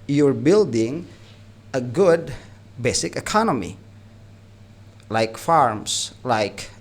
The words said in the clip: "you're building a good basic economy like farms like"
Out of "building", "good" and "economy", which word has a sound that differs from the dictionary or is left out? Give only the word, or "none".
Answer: none